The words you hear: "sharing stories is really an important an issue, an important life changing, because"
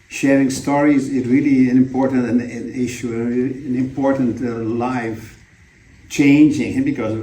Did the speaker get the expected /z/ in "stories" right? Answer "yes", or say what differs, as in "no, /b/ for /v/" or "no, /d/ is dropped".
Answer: yes